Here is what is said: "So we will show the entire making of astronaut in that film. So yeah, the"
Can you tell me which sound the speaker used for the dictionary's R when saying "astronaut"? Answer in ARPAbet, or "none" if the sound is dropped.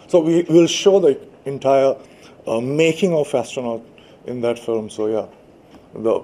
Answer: none